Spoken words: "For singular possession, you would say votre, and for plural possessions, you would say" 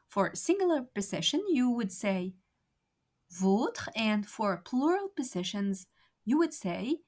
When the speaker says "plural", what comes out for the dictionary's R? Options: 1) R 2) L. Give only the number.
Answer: 1